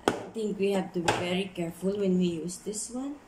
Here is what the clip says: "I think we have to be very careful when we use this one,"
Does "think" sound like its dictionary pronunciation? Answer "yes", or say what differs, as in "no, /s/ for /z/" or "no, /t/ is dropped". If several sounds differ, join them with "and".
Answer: no, /t/ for /θ/